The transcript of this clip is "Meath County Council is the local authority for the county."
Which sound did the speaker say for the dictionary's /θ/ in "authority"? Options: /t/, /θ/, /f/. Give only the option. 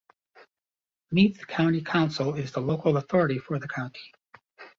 /θ/